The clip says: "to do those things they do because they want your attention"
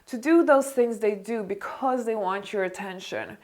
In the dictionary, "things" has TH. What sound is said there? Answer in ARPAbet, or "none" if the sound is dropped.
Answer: TH